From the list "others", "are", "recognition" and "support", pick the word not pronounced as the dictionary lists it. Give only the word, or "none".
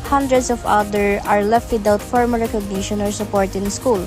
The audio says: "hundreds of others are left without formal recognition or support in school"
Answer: others